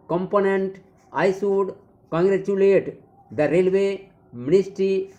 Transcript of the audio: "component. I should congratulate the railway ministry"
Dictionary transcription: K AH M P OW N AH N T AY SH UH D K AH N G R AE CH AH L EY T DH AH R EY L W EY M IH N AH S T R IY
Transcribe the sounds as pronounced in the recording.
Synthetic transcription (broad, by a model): K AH M P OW N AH N T AY S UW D K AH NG G R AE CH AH L EY T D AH R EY L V EY M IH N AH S T R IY